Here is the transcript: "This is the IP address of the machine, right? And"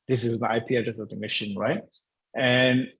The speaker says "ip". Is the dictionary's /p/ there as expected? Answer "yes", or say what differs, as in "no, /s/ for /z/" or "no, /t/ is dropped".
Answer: yes